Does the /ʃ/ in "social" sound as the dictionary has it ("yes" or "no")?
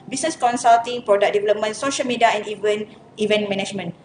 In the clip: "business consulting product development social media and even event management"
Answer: yes